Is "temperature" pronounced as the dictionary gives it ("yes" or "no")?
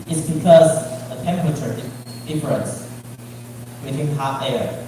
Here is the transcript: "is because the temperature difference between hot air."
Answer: yes